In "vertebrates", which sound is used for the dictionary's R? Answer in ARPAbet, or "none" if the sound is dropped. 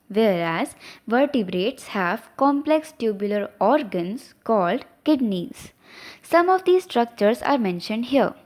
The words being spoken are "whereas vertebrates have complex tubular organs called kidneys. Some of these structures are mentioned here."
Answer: R